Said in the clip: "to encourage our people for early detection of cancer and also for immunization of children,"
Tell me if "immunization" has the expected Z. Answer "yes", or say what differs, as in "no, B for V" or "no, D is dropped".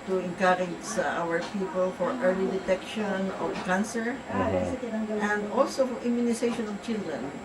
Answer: no, S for Z